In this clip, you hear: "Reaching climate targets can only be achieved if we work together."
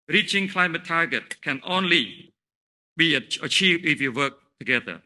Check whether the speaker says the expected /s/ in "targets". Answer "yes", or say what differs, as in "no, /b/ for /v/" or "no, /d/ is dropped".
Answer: no, /s/ is dropped